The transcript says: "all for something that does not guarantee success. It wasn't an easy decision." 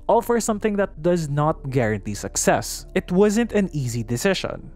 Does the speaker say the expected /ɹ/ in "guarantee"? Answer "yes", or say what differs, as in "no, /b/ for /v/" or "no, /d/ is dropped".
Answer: yes